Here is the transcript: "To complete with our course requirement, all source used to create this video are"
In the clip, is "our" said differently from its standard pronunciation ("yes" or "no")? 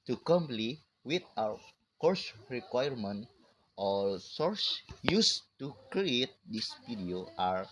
yes